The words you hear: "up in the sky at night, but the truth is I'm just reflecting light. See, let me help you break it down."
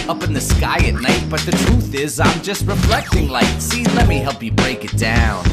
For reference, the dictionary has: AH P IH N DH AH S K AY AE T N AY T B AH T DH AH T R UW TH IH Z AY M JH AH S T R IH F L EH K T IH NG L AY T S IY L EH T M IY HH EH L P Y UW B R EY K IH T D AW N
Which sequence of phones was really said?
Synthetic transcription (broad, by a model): AH P IH N DH AH S K AY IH T N AY T B AH T DH AH T R UW TH IH Z AY M JH AH S T R IH F L EH K T IH NG L AY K S IY L EH T M IY HH EH L P Y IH B R EY K IH T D AW N